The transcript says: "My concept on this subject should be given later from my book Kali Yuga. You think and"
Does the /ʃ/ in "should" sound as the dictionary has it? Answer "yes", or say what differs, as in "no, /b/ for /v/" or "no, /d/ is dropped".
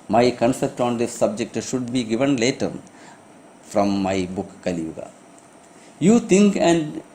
yes